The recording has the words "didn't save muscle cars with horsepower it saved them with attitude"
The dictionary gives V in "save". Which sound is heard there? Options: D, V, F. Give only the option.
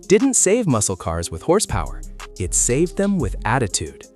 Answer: V